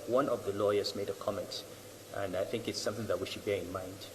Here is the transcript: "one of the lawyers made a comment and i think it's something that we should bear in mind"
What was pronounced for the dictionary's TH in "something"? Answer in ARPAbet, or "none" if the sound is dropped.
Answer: TH